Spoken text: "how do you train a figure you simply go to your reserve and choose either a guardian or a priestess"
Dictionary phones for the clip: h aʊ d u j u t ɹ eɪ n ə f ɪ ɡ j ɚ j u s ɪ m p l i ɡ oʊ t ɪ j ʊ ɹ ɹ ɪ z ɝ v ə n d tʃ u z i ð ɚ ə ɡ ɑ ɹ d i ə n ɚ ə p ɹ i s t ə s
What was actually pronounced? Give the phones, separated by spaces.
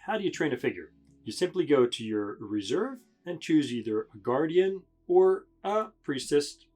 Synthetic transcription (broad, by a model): h aʊ d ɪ j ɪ t ɹ eɪ n ə f ɪ ɡ j ɚ j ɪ s ɪ m p l i ɡ oʊ t ɪ j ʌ ɹ ɹ ɪ z ɝ v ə n tʃ u z i ð ɚ ə ɡ ɑ ɹ d i ə n ɚ ə p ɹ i s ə s